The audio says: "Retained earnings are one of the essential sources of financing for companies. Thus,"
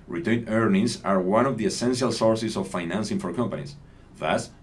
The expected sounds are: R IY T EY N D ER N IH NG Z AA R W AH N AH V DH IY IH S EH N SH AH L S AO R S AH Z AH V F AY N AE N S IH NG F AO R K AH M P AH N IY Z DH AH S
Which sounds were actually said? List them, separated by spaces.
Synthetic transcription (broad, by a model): R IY T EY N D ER N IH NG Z AA R W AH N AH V DH IY IH S EH N SH AH L S AO R S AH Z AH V F AY N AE N S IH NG F AO R K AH M P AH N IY S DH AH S